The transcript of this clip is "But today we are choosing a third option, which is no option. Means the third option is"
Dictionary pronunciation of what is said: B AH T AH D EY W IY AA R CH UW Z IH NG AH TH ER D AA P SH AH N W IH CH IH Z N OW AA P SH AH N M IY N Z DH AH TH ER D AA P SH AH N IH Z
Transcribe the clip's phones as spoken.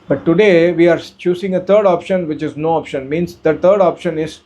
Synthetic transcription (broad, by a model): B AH T AH D EY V IY AA R CH UW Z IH NG AH T ER D AA P SH AH N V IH CH IH Z N OW AA P SH AH N M IY N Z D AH T ER D AA P SH AH N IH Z